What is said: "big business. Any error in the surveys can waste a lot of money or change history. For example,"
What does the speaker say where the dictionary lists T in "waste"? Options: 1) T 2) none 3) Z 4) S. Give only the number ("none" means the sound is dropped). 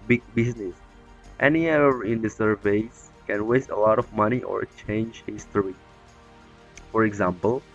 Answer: 1